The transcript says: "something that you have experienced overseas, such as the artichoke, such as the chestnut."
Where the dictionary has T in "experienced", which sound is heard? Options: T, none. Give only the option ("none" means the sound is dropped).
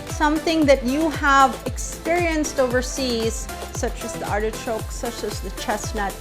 T